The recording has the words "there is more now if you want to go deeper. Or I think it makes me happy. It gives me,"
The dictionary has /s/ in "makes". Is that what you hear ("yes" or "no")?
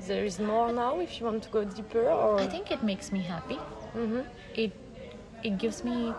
yes